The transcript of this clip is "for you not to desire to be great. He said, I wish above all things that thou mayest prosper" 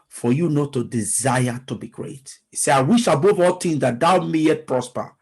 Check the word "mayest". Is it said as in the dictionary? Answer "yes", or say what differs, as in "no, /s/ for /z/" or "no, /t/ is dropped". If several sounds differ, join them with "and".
no, /s/ is dropped